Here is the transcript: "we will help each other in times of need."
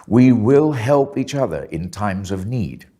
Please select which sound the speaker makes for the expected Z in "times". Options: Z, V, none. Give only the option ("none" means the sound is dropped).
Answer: Z